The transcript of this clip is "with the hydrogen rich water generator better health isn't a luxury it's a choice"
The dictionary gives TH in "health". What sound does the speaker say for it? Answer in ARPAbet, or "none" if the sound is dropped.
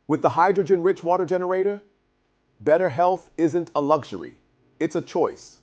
TH